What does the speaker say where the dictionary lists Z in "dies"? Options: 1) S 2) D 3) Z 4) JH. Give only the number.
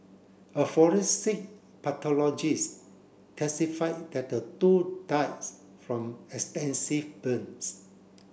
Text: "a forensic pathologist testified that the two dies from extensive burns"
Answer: 1